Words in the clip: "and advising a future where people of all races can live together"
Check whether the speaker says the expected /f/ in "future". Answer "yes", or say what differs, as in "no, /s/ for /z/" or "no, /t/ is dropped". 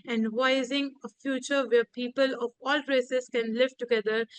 yes